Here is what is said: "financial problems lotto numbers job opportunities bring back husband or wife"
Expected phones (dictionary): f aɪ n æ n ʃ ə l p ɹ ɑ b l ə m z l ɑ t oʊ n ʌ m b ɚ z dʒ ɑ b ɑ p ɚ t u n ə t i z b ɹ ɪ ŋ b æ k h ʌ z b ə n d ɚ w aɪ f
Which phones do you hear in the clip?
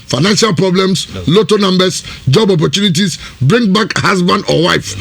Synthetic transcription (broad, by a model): f aɪ n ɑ n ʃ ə l p ɹ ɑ b l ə m s l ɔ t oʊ n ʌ m b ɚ s dʒ ɑ b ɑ p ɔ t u n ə t i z b ɹ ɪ ŋ b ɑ k h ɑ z b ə n d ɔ w aɪ f